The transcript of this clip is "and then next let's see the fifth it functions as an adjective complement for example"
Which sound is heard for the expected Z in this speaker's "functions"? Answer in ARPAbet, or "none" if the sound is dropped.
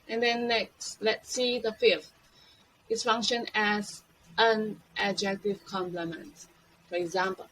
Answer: none